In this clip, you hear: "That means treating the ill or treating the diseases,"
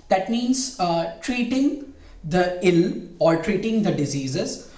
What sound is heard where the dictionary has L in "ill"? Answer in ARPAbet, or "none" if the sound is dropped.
L